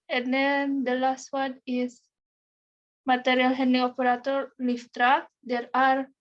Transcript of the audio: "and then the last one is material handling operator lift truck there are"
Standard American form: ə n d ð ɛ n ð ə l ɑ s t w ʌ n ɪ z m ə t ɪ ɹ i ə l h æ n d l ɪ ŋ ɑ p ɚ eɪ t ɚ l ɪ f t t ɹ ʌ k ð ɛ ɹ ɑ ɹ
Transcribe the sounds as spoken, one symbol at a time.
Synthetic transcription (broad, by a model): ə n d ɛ n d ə l ɑ s t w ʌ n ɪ s m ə t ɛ ɹ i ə l h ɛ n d ɪ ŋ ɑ p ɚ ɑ t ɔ l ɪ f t t ɹ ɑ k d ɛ ɹ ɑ ɹ